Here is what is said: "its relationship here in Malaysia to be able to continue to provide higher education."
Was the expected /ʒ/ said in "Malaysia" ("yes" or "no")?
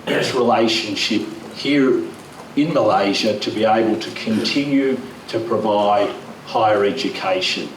yes